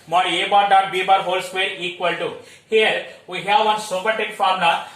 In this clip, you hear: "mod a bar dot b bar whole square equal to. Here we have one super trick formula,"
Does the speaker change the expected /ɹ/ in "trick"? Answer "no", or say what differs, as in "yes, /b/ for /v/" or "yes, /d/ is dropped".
yes, /ɹ/ is dropped